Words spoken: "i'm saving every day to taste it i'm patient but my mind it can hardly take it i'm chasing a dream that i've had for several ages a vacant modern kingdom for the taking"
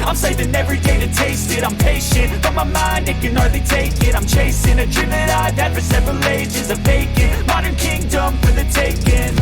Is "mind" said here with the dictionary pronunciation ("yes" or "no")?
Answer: yes